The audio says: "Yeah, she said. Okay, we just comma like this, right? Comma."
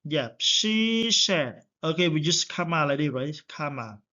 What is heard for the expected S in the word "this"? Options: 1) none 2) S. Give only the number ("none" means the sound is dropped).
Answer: 1